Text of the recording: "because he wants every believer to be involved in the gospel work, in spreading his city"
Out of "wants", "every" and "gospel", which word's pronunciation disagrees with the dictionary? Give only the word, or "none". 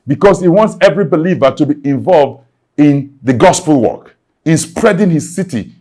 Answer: none